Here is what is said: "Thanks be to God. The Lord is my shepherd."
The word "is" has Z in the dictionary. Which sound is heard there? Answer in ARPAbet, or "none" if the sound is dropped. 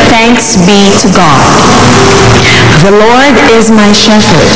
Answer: Z